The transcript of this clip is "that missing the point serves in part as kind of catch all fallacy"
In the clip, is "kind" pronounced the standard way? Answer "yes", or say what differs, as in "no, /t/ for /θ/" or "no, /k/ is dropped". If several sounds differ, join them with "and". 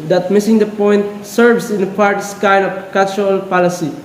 no, /d/ is dropped